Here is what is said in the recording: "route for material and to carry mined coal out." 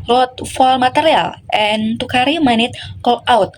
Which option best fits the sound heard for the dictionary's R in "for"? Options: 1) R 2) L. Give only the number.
2